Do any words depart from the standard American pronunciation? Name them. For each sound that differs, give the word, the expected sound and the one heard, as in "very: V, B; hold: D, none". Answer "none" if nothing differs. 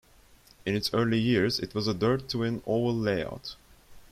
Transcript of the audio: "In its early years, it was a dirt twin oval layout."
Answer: oval: V, none